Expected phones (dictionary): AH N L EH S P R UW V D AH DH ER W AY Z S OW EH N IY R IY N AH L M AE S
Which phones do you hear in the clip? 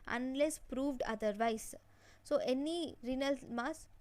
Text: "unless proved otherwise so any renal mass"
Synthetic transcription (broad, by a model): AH N L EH S P R UW V D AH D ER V AY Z S OW EH N IY R IY N AH L M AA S